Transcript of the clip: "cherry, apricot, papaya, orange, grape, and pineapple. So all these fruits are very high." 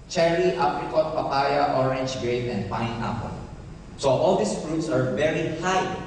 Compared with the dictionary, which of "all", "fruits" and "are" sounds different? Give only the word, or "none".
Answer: none